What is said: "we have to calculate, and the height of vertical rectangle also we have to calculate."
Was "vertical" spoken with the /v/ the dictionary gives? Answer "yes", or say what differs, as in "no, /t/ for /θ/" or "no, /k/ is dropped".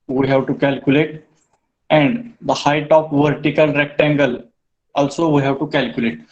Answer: yes